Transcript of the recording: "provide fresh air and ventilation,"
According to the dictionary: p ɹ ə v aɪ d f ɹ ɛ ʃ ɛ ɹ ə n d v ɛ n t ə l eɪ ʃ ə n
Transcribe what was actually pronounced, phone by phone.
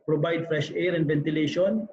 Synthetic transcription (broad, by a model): p ɹ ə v aɪ d f ɹ ɛ ʃ ɛ ɹ ə n d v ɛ n t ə l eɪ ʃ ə n